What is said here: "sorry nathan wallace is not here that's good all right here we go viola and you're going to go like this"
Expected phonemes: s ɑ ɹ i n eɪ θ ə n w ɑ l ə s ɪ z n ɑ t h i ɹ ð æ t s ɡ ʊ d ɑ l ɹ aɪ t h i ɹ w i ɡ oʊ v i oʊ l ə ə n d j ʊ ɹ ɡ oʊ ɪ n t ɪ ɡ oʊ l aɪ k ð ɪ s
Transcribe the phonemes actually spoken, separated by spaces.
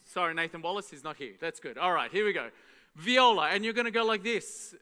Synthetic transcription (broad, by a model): s ɑ ɹ i n eɪ θ ə n w ɑ l ə s ɪ z n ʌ t h i ɹ ð æ t s ɡ ʊ d ɑ l ɹ aɪ t h i ɹ w i ɡ oʊ v i oʊ l ə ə n j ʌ ɹ ɡ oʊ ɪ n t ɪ ɡ oʊ l aɪ k ð ɪ s